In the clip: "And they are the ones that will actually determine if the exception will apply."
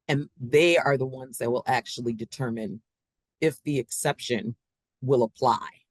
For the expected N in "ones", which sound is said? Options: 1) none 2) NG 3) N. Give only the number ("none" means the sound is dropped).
3